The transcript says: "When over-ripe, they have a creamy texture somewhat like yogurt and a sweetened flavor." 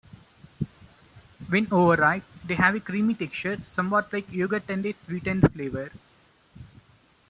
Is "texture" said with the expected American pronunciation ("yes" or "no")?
no